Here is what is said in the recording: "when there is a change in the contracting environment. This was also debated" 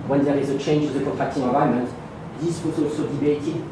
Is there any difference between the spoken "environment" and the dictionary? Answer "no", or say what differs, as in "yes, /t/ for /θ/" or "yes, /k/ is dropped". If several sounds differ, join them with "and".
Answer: yes, /ɹ/ is dropped